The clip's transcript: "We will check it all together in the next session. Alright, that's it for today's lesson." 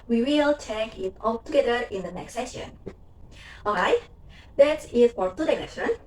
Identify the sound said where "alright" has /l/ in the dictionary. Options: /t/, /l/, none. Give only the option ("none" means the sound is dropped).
none